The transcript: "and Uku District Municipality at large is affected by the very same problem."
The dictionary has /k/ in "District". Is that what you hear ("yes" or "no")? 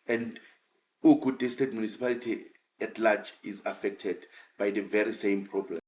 no